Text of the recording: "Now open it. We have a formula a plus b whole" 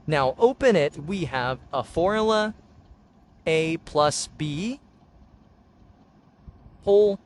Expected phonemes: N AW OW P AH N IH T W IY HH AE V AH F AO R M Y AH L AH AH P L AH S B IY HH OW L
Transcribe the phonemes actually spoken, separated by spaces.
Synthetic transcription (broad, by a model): N AW OW P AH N IH T W IY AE V AH F AO R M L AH AH AH P L AH S B IY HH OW L